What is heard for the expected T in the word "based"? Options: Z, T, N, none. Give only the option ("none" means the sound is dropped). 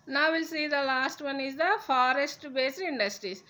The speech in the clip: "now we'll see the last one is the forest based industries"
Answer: none